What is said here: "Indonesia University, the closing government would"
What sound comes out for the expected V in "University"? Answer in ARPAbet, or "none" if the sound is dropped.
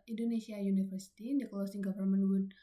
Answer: F